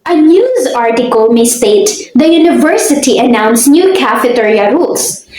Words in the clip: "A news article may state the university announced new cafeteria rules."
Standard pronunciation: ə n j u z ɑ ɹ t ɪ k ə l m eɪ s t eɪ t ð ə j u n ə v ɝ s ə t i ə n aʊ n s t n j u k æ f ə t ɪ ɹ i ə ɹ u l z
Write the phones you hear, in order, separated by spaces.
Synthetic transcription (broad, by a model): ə n j u z ɑ ɹ t ɪ k ə l m eɪ s t eɪ t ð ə j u n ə v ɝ s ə t i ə n aʊ n s n j u k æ f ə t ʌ ɹ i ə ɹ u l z